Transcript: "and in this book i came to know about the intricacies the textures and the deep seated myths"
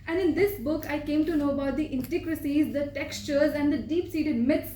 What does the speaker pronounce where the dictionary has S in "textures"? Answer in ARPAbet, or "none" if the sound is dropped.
S